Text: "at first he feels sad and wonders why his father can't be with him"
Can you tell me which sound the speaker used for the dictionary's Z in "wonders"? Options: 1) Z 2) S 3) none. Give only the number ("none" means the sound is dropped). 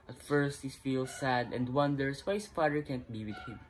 2